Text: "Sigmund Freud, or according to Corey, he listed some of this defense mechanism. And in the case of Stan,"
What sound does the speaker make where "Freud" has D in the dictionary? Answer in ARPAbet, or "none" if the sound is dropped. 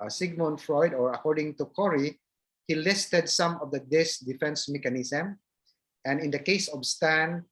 D